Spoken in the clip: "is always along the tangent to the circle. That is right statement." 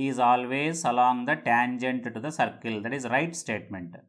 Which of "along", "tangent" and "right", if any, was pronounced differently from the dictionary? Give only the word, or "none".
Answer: none